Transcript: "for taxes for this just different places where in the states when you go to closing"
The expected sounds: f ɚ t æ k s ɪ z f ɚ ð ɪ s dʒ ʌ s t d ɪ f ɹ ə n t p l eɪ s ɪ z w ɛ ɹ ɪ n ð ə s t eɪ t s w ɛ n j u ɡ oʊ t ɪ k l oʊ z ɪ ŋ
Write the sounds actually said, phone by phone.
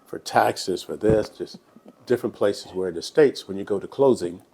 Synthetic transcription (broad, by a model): f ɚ t æ k s ɪ z f ɚ ð ɪ s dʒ ʌ s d ɪ f ɹ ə n p l eɪ s ɪ z w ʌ ɹ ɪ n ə s t eɪ t s w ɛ n j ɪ ɡ oʊ t ɪ k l oʊ z ɪ ŋ